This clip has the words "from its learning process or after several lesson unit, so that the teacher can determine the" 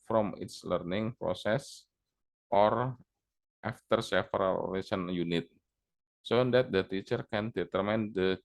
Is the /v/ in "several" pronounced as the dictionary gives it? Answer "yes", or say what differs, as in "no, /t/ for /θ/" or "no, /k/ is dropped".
no, /f/ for /v/